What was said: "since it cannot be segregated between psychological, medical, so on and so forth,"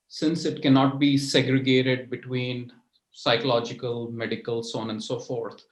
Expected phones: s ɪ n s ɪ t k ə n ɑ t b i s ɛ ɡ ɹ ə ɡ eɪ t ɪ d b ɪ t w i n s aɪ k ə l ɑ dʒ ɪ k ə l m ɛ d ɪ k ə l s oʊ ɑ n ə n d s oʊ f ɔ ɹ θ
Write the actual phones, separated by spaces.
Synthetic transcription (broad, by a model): s ɪ n s ɪ t k ə n ɑ t b i s ɛ ɡ ɹ ə ɡ eɪ t ɪ d b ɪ t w i n s aɪ k ə l ɑ dʒ ɪ k ə l m ɛ d ɪ k ə l s oʊ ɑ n ə n d s oʊ f ɔ ɹ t